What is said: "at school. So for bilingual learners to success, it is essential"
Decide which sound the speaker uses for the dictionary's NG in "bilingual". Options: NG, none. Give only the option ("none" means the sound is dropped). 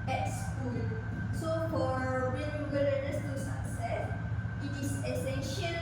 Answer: none